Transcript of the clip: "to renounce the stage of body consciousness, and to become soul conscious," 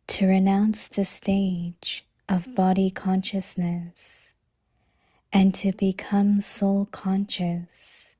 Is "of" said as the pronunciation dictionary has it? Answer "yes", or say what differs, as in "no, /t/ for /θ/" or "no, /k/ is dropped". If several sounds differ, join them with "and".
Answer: yes